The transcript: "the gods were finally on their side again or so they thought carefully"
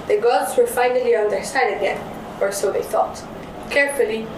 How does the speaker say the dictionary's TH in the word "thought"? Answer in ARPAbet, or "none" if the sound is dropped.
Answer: TH